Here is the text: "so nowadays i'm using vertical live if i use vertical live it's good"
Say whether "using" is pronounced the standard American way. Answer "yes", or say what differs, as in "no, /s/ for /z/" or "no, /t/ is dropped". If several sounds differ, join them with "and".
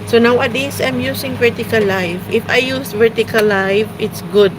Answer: no, /s/ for /z/